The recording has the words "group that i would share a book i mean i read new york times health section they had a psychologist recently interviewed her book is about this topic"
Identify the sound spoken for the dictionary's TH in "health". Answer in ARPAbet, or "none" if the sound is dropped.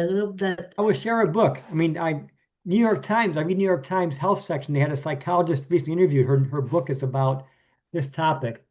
TH